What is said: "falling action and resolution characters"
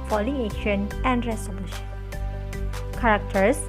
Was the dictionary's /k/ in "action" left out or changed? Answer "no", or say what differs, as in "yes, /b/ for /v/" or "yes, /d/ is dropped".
yes, /k/ is dropped